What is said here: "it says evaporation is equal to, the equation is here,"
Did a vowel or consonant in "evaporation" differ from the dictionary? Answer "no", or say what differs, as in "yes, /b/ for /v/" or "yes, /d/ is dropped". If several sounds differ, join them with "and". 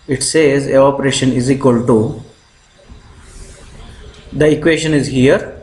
yes, /v/ is dropped